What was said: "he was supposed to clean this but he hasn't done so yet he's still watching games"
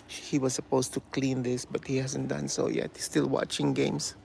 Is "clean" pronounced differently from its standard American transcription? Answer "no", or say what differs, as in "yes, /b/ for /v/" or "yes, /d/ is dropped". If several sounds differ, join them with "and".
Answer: no